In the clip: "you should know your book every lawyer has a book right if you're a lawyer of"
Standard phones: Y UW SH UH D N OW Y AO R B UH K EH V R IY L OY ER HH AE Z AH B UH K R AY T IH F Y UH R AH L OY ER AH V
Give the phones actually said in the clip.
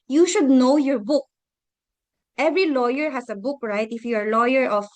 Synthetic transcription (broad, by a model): Y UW SH UH D N OW Y AO R B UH K EH V R IY L OY ER HH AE S AH B UH K R AY T IH F Y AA R L OY ER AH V